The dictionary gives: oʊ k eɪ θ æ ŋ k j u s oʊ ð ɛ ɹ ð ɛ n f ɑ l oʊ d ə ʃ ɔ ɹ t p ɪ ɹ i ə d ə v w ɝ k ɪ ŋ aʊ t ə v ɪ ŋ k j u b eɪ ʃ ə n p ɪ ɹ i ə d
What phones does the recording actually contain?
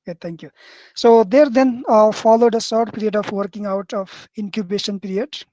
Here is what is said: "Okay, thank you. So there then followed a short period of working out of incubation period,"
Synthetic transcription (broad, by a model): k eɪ t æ ŋ k j u s oʊ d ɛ ɹ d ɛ n f ɑ l oʊ d ə s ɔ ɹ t p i ɹ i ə d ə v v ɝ k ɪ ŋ aʊ t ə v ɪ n k j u b eɪ ʃ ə n p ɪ ɹ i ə d